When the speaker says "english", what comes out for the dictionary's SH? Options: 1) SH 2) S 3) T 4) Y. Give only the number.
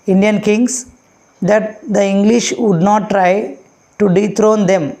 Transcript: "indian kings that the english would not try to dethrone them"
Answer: 1